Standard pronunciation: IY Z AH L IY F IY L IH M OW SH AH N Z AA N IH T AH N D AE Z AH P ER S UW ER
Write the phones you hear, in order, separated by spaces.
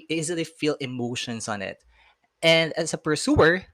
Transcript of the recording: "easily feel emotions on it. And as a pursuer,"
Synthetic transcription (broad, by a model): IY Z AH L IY F IY L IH M OW SH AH N S AA N IH T AH N D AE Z AH P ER S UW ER